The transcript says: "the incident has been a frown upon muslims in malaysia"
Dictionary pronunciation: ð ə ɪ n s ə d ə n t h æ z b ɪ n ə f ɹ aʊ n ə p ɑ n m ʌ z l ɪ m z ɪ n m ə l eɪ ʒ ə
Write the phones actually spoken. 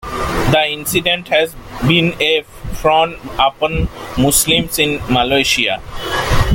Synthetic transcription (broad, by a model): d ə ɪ n s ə d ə n t h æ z b ɪ n ə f ɹ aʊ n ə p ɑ n m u s l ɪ m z ɪ n m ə l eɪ ʃ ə